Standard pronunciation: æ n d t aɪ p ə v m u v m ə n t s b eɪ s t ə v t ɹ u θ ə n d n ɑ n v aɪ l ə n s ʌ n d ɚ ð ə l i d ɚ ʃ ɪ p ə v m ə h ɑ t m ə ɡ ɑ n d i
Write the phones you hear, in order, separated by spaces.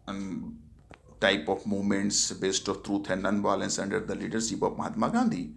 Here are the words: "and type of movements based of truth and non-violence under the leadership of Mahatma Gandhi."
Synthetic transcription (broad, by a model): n t aɪ p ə f m u v m ə n t s b eɪ s t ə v t ɹ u t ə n n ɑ n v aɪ l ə n s ʌ n d ɚ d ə l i d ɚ s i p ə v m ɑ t m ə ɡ ɑ n d i